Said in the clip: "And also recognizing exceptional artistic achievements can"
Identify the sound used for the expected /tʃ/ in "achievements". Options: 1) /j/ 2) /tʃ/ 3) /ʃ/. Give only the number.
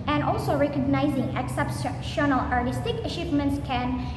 3